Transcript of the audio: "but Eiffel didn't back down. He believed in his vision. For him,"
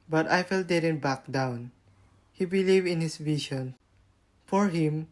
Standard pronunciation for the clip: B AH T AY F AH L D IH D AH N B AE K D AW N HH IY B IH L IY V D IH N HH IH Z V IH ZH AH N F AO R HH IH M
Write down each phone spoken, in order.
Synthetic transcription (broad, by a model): B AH T AY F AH L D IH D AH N B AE K D AW N HH IY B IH L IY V IH N HH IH S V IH SH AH N F AO R HH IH M